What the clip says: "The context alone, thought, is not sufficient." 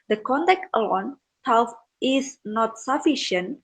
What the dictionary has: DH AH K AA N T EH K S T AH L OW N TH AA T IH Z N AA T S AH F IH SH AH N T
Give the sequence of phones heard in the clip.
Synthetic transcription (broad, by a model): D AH K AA N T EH K T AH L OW N T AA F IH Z N AA T S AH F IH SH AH N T